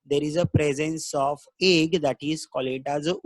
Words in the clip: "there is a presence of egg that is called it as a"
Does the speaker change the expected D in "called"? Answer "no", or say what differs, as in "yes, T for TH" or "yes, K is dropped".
yes, D is dropped